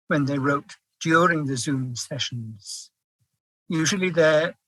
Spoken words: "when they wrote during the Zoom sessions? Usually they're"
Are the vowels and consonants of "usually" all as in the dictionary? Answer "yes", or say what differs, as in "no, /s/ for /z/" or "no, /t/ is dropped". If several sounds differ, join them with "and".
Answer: yes